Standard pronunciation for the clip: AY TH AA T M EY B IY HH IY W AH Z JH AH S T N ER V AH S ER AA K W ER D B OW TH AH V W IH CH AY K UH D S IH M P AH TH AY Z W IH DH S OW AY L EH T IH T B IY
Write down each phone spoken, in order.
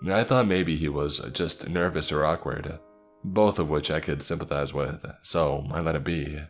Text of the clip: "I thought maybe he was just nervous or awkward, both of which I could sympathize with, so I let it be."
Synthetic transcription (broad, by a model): AY TH AA T M EY B IY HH IY W AH Z JH AH S T N ER V AH S ER AA K W ER D B OW TH AH V W IH CH AY K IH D S IH M P AH TH AY Z W IH DH S OW AY L EH T IH T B IY